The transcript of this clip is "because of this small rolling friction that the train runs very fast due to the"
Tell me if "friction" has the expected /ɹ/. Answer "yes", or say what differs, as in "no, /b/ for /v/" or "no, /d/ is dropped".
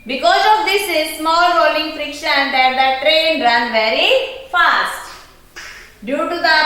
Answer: yes